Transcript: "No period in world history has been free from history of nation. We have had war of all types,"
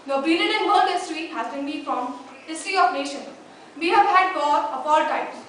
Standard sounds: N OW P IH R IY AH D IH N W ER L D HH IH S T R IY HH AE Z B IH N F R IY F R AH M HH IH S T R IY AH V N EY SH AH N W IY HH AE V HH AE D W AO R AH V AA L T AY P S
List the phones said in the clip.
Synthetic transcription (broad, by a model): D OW B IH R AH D IH N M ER N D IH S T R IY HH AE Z B IH N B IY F R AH M HH IH S T R IY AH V N EY SH AH N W IY HH AE V HH AE D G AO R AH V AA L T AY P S